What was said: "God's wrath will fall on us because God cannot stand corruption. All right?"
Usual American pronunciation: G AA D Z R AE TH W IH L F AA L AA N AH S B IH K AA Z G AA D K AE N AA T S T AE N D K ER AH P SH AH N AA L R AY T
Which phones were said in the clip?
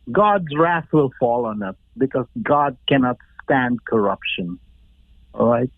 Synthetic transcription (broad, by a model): G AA D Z R AE TH W IH L F AA L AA N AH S B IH K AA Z G AA D K AE N AA T S T AE N D K ER AH P SH AH N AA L R AY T